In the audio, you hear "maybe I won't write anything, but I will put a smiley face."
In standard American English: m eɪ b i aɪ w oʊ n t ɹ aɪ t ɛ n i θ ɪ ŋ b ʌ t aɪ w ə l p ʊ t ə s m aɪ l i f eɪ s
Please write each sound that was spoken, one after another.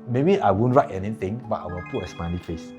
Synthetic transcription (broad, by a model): m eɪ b i aɪ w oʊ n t ɹ aɪ t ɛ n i t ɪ ŋ b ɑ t aɪ w ə l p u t ə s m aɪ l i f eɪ s